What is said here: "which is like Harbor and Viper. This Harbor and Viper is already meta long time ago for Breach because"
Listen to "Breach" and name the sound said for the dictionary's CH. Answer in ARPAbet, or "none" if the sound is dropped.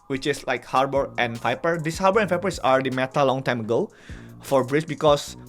S